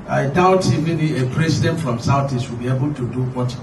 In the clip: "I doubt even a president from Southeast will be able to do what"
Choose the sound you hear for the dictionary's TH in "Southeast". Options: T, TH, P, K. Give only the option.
T